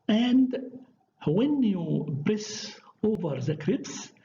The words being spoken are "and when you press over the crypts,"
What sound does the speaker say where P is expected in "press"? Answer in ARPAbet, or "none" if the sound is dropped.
B